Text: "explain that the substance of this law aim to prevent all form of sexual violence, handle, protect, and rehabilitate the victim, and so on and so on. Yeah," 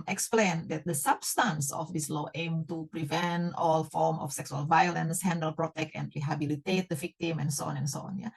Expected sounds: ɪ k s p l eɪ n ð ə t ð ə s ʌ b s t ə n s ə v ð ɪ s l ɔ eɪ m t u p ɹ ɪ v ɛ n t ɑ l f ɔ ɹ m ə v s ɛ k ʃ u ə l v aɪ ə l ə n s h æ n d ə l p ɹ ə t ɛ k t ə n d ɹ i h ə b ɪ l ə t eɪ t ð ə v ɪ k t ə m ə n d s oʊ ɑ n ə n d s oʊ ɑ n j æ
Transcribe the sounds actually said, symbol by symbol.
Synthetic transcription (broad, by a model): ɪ k s p l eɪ n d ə t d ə s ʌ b s t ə n s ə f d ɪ s l ɔ eɪ m t u p ɹ ɪ v ɛ n t ɑ l f ɔ ɹ m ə f s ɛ k s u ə l v aɪ ə l ə n s h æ n d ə l p ɹ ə t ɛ k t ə n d ɹ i h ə b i l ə t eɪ t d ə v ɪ k t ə m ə n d s oʊ ɑ n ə n s oʊ ɑ n j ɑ